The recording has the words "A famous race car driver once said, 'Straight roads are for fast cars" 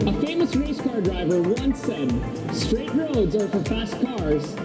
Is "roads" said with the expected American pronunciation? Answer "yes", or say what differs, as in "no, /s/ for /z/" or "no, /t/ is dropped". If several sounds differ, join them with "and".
yes